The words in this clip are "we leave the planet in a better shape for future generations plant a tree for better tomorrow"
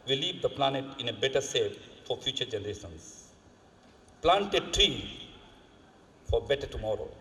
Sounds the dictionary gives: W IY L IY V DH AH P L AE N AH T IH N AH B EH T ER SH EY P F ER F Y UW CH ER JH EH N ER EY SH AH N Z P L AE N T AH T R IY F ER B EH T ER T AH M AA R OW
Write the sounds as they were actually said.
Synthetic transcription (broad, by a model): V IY L IY V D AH P L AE N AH T IH N AH B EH T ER S EY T F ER F Y UW CH ER JH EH N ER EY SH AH N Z P L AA N T AH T R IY F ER B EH T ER T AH M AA R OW